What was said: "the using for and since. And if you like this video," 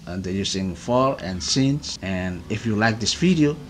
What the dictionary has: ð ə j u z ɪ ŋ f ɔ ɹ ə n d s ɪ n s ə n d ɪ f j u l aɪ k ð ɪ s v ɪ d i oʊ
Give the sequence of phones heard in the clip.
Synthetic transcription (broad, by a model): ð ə j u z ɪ ŋ f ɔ l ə n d s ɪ n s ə n ɪ f j u l aɪ k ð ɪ s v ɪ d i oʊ